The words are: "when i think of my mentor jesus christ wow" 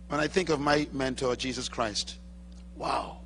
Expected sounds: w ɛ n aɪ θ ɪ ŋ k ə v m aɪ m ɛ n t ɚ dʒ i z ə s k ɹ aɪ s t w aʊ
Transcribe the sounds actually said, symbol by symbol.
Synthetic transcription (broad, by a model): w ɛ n aɪ θ ɪ ŋ k ə v m aɪ m ɛ n t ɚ dʒ i z ə s k ɹ aɪ s t w aʊ